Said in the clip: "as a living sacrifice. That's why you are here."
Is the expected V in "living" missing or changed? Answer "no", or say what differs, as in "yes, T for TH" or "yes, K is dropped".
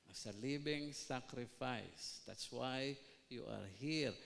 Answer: yes, B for V